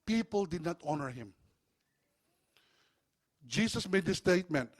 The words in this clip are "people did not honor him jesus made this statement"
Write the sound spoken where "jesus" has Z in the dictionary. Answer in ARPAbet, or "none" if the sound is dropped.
S